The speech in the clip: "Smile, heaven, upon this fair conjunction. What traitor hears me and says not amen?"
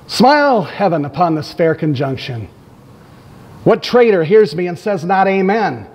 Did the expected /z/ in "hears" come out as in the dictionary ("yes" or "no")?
yes